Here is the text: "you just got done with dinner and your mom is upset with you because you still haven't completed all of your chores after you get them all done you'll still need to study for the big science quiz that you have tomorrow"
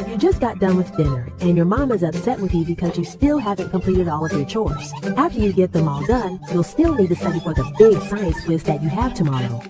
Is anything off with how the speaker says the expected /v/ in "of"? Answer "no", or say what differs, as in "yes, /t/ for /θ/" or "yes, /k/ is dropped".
no